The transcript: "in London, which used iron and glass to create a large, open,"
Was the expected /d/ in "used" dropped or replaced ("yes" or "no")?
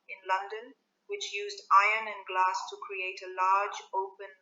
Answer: no